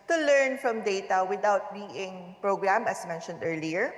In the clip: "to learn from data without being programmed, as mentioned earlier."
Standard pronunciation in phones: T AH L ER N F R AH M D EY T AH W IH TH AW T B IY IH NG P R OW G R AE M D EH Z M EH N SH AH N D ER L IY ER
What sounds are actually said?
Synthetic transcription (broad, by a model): T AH L ER N F R AH M D EY T AH W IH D AW T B IY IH NG P R OW G R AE M EH S M EH N SH AH N D ER L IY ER